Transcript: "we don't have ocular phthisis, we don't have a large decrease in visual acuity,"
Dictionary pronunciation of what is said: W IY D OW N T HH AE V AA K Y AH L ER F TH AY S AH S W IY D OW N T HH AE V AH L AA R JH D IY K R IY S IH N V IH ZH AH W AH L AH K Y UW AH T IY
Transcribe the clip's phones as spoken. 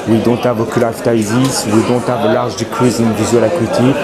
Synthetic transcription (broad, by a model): W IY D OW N T HH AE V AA K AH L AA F T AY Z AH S W IY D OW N T HH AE V AH L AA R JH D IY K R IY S IH N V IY Z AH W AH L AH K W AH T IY